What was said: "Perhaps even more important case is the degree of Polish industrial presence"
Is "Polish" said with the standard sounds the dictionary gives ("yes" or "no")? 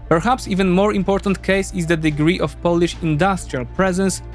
yes